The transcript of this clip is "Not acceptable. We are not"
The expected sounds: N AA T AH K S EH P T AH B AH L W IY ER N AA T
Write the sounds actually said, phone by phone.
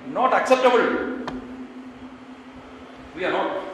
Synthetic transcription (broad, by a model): N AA T AH K S EH P T AH B AH L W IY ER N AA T